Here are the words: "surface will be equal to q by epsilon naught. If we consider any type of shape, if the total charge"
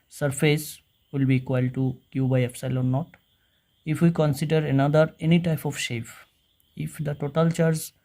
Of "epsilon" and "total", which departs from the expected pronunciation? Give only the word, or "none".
epsilon